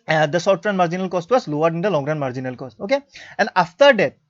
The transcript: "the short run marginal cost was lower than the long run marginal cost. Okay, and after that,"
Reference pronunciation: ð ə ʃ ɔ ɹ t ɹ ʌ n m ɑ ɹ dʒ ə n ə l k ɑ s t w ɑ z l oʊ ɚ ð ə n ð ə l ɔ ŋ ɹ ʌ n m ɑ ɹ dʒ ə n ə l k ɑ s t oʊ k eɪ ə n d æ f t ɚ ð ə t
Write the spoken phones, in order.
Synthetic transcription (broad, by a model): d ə s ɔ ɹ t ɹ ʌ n m ɑ ɹ dʒ ə n ə l k ɑ s t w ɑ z l oʊ ɚ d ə n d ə l ɔ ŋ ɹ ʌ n m ɑ ɹ dʒ ə n ə l k ɑ s t oʊ k eɪ ə n d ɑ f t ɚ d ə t